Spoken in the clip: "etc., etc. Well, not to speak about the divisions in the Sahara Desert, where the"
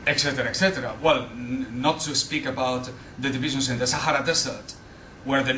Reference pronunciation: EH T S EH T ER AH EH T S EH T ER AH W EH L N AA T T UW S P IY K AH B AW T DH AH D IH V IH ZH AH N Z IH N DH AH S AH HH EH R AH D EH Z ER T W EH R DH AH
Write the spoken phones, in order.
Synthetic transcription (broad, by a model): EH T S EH T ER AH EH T S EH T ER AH W EH L N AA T T UW S P IY K AH B AW T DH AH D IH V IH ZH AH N S IH N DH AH S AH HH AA R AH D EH S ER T W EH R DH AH